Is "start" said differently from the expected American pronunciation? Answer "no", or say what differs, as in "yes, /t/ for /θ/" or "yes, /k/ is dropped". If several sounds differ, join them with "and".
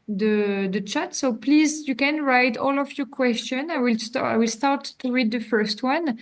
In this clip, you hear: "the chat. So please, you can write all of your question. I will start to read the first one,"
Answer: yes, /l/ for /ɹ/